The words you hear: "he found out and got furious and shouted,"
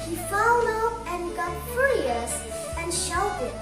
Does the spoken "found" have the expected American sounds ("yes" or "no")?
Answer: no